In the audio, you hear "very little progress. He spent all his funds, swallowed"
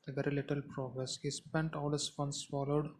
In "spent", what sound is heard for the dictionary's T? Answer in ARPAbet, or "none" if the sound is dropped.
T